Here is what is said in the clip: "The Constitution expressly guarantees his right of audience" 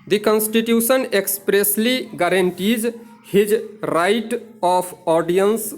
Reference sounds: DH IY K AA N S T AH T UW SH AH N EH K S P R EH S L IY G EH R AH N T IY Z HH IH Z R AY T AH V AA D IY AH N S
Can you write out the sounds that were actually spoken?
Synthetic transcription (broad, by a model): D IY K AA N S T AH T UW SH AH N EH K S P R EH S L IY G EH R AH N T IY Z HH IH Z R AY T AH P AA D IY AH N S